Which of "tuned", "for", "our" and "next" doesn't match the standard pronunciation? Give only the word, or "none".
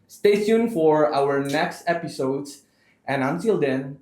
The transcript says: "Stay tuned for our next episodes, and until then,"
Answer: tuned